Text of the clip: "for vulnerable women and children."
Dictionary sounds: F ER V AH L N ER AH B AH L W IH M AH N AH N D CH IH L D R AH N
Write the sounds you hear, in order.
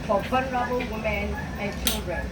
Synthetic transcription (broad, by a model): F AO F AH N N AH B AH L W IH M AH N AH N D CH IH L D R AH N